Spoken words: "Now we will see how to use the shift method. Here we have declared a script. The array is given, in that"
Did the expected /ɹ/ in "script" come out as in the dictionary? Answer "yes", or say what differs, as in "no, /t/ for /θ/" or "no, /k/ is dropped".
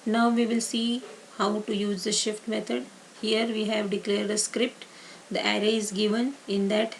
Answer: yes